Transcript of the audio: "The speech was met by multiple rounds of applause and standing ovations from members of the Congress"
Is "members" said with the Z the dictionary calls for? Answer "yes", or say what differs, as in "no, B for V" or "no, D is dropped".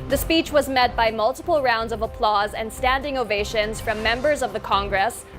yes